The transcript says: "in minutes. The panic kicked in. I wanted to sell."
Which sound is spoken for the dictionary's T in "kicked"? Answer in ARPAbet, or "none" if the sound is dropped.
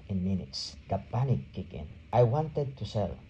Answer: none